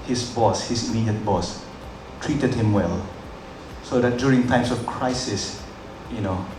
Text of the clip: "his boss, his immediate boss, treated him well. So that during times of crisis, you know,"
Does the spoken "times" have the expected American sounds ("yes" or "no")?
no